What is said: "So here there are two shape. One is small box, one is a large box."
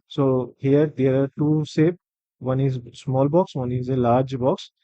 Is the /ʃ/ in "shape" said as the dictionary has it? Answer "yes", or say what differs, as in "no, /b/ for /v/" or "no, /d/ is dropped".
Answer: no, /s/ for /ʃ/